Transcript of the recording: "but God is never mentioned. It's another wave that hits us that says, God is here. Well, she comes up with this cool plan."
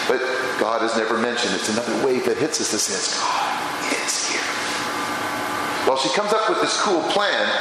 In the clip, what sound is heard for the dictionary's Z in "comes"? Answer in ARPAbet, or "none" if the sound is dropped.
Z